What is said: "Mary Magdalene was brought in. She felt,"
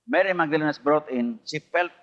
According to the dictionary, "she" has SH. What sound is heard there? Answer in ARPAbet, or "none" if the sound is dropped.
S